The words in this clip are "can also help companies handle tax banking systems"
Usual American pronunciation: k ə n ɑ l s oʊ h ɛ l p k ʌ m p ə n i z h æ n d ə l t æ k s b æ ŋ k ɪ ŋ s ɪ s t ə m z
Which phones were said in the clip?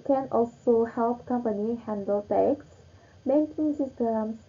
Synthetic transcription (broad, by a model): k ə n ɑ l s oʊ h ɛ l p k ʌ m p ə n i h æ n d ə l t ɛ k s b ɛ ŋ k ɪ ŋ s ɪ s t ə m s